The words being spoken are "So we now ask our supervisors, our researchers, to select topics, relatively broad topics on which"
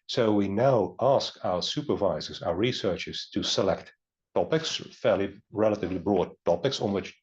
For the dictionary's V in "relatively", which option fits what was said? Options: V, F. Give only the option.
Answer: V